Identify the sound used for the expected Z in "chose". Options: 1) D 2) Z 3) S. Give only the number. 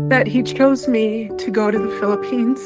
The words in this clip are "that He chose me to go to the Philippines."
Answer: 2